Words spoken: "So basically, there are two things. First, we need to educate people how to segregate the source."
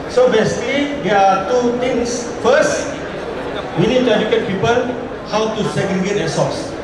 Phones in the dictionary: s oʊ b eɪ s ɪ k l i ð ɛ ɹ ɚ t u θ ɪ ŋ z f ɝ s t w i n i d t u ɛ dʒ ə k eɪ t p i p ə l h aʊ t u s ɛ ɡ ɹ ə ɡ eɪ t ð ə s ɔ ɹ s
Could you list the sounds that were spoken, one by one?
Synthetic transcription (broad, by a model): s oʊ b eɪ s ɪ k l i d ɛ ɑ t u t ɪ ŋ s f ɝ s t w i n i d t u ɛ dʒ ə k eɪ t p i p ə l h aʊ t u s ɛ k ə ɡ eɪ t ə s ɔ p s